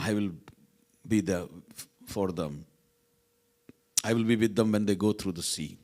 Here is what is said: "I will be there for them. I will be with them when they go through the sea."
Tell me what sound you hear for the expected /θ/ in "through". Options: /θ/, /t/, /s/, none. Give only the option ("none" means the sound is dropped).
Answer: /t/